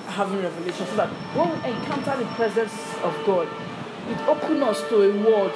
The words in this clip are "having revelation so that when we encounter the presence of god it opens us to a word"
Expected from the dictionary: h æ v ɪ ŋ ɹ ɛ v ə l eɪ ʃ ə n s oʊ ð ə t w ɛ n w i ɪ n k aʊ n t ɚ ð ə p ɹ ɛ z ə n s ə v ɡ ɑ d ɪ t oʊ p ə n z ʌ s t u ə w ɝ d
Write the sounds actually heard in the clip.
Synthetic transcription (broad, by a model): h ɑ v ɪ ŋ ɹ ɛ v ə l eɪ ʃ ə n s oʊ ð ə t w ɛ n w i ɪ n k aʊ n t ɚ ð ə p ɹ ɛ z ə n s ə v ɡ ɑ d ɪ t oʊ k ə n ʌ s t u ə w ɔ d